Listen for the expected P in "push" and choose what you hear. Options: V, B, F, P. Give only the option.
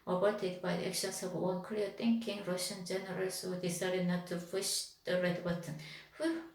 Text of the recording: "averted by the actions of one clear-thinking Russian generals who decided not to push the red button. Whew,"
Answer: F